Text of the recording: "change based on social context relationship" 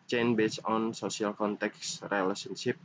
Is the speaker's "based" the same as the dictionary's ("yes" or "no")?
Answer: no